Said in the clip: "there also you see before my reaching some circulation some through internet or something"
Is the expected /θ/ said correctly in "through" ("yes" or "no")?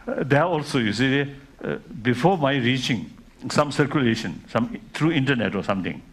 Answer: no